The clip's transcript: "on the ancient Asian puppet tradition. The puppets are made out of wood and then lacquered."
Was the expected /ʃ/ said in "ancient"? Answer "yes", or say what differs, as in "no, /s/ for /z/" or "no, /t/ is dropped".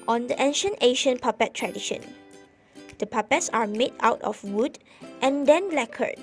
yes